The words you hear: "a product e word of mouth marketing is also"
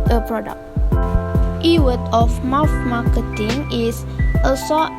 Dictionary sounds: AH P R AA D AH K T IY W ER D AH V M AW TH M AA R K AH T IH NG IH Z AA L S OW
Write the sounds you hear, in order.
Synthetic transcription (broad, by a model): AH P R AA D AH K T IY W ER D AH F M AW F M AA K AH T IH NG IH S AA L S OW